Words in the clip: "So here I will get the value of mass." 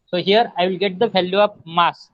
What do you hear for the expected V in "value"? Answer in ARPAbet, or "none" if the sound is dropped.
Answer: F